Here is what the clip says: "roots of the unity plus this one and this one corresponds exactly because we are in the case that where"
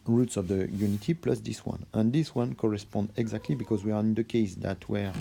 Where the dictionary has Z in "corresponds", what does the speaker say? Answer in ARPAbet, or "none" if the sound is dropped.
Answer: none